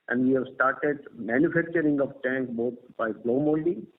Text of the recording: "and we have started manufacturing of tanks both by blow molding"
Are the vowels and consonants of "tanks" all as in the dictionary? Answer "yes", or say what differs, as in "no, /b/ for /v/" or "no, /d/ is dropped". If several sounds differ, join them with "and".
no, /s/ is dropped